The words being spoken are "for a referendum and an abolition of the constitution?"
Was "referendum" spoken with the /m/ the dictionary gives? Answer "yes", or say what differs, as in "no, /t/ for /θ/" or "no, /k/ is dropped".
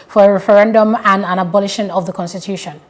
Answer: yes